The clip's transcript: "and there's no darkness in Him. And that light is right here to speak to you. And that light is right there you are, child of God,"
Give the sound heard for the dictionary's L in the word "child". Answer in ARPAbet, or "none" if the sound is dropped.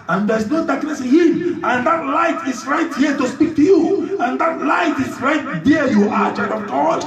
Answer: none